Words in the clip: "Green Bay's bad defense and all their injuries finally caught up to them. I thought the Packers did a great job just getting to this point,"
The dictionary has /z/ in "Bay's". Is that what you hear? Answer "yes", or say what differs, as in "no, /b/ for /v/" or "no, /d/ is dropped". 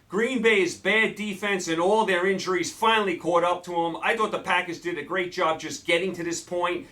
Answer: yes